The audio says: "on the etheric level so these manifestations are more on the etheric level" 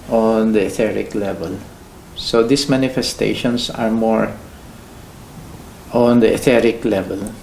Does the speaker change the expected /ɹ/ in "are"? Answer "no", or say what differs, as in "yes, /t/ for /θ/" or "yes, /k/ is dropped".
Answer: no